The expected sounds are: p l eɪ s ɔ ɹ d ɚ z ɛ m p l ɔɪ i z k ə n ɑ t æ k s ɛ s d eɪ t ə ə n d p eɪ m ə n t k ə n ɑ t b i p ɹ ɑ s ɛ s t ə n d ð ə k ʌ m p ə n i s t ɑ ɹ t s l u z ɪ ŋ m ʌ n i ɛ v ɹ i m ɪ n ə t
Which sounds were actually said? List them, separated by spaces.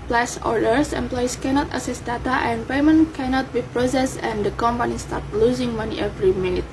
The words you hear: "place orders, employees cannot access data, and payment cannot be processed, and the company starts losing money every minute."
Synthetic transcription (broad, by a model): p l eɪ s ɔ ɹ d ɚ s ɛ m p l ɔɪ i s k ə n ɑ t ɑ s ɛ s d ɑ t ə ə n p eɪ m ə n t k ə n ɑ t b i p ɹ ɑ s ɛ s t ə n d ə k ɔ m p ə n i s t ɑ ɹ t l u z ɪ ŋ m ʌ n i ɛ v ɹ i m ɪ n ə t